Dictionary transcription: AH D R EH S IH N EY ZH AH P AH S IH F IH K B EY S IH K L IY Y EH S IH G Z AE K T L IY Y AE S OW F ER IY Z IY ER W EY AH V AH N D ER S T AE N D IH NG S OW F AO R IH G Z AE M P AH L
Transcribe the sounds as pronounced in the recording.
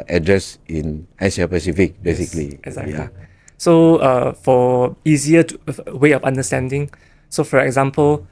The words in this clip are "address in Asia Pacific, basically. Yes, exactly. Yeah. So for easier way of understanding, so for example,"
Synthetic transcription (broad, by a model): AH D R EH S IH N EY S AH P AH S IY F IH K B EY S IH K L IY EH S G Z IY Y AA S OW F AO IY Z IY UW W EY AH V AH N D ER S T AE N D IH NG S OW F AO R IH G Z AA M P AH L